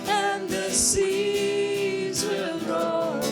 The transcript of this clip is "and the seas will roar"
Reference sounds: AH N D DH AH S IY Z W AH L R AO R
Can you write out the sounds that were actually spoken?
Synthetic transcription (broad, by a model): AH N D DH AH S IY Z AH N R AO